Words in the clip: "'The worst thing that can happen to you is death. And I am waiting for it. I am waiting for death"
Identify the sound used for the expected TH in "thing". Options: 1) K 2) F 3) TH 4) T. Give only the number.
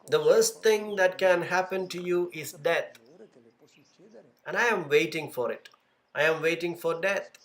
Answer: 4